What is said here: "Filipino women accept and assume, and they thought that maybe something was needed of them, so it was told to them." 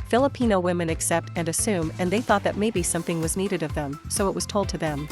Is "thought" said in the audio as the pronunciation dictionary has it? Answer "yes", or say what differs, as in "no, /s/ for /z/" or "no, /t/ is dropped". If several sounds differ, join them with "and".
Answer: yes